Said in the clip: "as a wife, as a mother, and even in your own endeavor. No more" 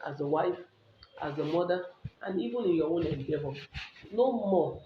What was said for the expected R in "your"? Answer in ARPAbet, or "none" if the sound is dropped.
W